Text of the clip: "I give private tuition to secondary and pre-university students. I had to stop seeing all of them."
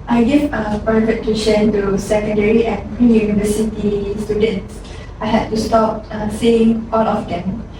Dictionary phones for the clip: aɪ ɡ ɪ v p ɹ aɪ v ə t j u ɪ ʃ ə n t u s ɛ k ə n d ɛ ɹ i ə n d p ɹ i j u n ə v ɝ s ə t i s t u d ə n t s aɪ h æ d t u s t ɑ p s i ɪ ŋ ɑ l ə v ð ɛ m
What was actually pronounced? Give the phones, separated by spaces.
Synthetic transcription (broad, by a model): aɪ ɡ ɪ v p aɪ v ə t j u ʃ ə n t u s ɛ k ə n d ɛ ɹ i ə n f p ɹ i j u n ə v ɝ s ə t i s t u d ə n t s aɪ h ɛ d t u s t ɑ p s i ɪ ŋ ɑ l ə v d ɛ m